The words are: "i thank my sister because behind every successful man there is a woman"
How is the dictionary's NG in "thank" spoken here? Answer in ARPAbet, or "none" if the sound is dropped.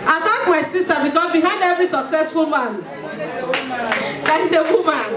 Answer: none